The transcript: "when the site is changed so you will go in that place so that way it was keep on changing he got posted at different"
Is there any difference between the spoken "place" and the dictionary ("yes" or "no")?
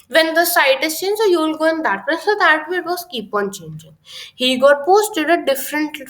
yes